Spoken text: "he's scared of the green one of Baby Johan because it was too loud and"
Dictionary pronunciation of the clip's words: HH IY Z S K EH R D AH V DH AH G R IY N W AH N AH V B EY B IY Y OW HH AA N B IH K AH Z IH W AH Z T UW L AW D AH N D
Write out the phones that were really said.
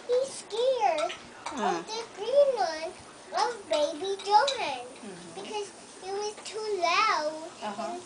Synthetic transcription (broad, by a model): HH IY S K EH R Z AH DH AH G R IY N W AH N AH V B EY B IY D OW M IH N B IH K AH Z IH W AH Z T UW L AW AH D